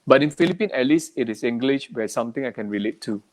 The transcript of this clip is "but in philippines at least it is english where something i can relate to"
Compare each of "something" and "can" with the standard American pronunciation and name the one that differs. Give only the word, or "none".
something